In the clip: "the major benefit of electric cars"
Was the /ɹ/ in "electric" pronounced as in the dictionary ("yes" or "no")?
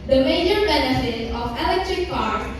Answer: yes